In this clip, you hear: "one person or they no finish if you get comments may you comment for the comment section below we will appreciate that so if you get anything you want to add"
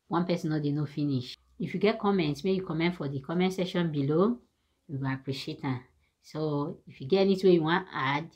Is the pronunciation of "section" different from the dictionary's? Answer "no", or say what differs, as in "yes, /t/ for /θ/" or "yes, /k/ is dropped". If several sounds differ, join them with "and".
yes, /k/ is dropped